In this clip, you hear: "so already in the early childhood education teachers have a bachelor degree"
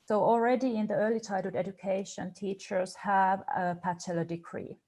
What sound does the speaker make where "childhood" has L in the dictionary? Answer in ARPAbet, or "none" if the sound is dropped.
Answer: none